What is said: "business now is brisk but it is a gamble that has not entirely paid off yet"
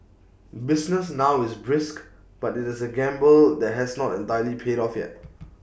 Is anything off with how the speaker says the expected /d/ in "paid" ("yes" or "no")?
no